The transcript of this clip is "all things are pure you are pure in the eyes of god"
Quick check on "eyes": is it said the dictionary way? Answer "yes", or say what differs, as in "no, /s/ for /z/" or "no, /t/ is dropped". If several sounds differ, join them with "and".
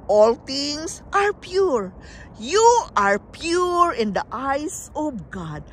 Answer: no, /s/ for /z/